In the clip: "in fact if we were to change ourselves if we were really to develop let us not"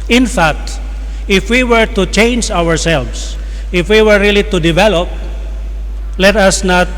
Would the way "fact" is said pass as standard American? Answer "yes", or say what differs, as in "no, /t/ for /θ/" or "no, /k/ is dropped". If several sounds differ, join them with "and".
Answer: yes